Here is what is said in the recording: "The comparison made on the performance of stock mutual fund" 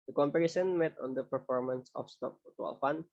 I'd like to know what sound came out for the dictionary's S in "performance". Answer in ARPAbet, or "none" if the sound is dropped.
S